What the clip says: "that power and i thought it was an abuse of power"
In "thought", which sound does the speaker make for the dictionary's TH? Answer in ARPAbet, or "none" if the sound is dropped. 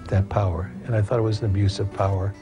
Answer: TH